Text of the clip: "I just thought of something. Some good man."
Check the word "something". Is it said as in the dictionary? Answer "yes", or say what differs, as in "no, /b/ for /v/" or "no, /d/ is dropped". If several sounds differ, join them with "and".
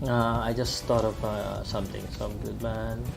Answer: no, /t/ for /θ/